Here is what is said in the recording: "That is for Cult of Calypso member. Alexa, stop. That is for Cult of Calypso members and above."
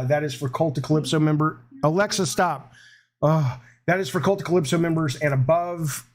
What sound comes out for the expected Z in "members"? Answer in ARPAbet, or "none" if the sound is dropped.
Z